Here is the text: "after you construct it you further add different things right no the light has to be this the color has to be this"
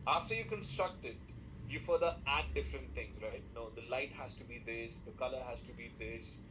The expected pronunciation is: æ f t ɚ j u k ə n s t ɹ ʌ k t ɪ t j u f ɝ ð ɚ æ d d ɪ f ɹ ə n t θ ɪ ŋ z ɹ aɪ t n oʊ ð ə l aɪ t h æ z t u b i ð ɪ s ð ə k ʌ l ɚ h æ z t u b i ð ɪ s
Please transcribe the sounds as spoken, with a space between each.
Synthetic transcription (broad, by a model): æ f t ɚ j u k ə n s t ɹ ʌ k t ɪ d j u f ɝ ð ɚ æ d d ɪ f ɹ ə n t t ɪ ŋ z ɹ aɪ t n oʊ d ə l aɪ t h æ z t u b i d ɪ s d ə k ʌ l ɚ h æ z t u b i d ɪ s